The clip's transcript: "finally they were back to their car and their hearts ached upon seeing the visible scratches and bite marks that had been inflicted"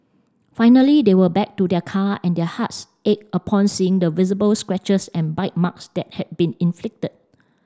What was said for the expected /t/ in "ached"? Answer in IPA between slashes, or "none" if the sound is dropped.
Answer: none